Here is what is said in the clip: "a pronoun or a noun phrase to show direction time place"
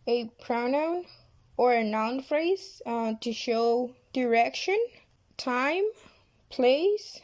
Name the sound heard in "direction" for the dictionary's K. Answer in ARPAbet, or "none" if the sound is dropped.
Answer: K